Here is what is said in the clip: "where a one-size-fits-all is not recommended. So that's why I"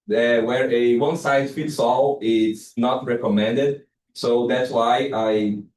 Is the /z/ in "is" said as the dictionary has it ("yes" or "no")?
no